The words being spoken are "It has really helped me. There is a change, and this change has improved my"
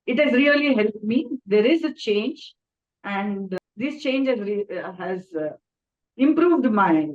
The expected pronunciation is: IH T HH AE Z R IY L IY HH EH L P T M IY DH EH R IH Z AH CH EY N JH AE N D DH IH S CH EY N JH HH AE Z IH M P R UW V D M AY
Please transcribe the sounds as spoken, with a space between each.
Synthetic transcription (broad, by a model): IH T HH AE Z R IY L IY HH EH L P T M IY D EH R IH Z AH CH EY N JH AE N D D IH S CH EY N JH HH AE Z IH M P R UW V D M AY